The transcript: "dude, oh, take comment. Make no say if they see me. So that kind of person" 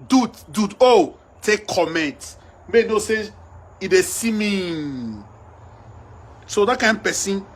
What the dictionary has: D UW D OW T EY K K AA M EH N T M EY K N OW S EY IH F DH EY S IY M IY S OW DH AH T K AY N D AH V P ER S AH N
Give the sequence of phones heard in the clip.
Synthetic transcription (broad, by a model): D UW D OW T EY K K AA M EH N T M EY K N OW S EY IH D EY S IY M IY S OW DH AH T K AY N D P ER S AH N